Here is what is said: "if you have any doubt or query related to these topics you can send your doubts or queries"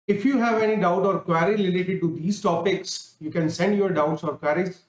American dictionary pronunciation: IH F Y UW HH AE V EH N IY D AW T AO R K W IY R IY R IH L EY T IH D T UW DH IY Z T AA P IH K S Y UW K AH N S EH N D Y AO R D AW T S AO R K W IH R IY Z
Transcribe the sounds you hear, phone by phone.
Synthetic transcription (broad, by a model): IH F Y UW HH AE V EH N IY D AW T AO R K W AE R IY L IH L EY T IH D T UW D IY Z T AA P IH K S Y UW K AH N S EH N D Y AO R D AW T S AO R K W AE R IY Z